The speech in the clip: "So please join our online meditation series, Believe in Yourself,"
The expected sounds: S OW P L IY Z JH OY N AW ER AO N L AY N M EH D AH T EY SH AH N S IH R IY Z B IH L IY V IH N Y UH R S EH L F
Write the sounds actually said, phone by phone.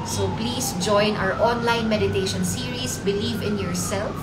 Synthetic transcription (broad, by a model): S OW P L IY S JH OY N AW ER AO N L AY N M EH D AH T EY SH AH N S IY R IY S B IH L IY V IH N Y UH R S EH L F